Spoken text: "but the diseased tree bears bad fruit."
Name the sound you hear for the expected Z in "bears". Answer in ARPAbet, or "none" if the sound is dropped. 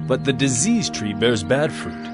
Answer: Z